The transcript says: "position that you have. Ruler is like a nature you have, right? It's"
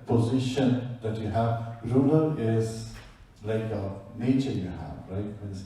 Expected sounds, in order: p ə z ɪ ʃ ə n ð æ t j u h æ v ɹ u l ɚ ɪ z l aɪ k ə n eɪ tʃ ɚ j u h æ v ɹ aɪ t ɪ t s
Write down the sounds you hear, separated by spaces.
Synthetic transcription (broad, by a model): p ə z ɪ ʃ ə n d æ t j u h æ v ɹ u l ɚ ɪ z l aɪ k ə n eɪ tʃ ɚ j u h æ v ɹ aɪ ɪ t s